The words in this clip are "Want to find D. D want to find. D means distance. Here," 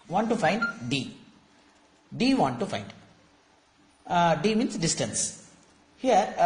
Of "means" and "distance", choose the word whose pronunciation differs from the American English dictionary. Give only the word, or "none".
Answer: means